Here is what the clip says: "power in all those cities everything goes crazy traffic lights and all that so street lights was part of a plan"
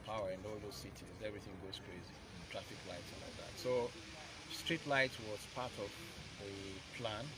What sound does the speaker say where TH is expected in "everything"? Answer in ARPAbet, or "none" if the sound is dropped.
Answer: TH